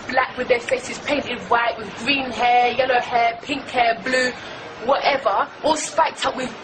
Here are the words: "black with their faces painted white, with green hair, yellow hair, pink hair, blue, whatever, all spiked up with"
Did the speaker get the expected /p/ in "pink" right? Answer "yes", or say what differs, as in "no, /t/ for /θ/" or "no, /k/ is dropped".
yes